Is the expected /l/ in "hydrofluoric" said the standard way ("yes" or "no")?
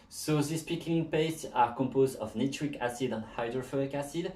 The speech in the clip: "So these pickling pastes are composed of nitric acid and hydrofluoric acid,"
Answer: no